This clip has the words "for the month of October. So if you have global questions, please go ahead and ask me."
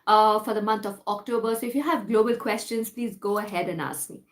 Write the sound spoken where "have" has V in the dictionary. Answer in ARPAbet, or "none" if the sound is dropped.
V